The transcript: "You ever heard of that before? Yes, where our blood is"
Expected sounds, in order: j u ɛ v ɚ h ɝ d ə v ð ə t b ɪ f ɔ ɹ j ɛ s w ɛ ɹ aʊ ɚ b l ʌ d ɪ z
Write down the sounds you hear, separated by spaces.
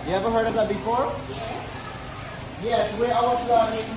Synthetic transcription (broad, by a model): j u ɛ v ɚ h ɝ d ə v ð ə t b ɪ f ɔ ɹ j ɛ s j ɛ w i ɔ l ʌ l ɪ